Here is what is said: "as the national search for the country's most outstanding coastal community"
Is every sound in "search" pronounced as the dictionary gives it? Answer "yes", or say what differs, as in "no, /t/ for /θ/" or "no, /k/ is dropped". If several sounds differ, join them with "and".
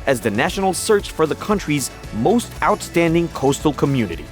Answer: yes